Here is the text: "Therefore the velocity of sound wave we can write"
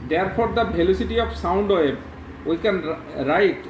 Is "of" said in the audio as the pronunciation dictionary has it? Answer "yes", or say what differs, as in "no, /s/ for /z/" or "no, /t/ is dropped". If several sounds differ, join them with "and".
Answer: no, /p/ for /v/